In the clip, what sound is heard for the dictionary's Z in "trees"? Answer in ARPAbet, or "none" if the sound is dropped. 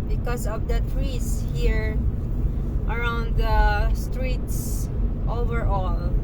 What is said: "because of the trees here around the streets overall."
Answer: S